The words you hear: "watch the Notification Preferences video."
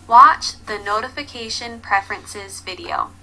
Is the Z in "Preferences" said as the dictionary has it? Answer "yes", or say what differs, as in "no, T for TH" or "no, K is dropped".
yes